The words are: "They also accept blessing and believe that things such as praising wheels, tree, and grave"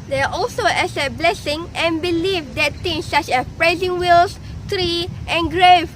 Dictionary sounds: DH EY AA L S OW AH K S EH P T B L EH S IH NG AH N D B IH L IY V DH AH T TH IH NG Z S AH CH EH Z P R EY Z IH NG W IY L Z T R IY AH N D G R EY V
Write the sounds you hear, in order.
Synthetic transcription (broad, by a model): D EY AA L S OW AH S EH T B L EH S IH NG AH N B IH L IY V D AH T T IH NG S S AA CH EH P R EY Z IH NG W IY L S T R IY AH N G R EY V